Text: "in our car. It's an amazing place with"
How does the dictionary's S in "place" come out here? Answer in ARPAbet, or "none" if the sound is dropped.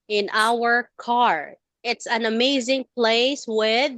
S